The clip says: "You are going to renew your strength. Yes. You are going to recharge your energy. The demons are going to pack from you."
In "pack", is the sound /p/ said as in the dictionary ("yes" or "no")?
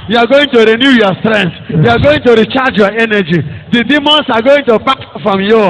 no